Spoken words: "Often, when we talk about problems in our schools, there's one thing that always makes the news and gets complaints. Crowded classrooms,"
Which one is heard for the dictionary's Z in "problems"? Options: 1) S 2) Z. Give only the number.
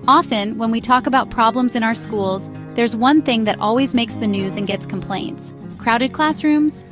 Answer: 2